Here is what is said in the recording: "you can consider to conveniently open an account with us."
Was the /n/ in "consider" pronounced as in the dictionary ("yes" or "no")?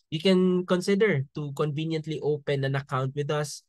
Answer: yes